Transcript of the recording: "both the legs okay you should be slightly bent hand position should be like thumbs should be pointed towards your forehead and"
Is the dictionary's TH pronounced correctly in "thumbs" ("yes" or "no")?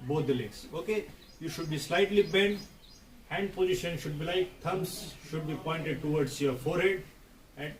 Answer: no